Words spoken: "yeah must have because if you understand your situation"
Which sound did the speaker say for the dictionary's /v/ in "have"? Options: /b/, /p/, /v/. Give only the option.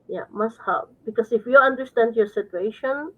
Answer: /p/